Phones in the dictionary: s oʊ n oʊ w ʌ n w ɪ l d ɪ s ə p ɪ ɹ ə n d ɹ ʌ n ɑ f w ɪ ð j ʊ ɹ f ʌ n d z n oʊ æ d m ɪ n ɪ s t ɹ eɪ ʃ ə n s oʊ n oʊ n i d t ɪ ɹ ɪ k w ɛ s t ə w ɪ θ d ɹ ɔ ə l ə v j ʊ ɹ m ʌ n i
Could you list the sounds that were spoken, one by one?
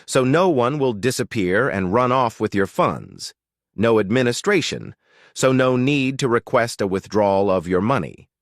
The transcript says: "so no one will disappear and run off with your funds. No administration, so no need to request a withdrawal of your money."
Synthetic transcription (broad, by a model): s oʊ n oʊ w ʌ n w ɪ l d ɪ s ə p ɪ ɹ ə n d ɹ ʌ n ɑ f w ɪ ð j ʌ ɹ f ʌ n d z n oʊ æ d m ɪ n ɪ s t ɹ eɪ ʃ ə n s oʊ n oʊ n i d t ɪ ɹ ɪ k w ɛ s t ə w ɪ θ d ɹ ɔ l ə v j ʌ ɹ m ʌ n i